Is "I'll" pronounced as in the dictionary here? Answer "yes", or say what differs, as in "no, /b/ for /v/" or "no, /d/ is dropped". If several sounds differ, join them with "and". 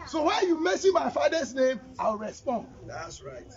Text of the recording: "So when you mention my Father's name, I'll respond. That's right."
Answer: no, /w/ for /l/